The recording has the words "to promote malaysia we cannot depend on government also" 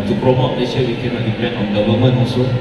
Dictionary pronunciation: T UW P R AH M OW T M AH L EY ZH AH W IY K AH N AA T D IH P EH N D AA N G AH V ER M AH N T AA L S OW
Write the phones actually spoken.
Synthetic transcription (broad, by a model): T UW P R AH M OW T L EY SH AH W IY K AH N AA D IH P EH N AA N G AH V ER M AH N AA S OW